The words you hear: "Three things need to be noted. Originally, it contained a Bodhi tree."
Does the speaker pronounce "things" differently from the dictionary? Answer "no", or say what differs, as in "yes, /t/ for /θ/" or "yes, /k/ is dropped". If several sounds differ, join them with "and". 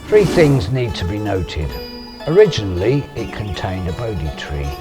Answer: no